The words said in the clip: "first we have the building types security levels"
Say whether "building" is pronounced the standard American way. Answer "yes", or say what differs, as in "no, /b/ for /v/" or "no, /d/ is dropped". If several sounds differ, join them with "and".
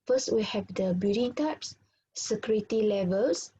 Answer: no, /l/ is dropped